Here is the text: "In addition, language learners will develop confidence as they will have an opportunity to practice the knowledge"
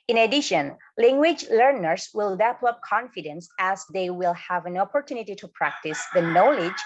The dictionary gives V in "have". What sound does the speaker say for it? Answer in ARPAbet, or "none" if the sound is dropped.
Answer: V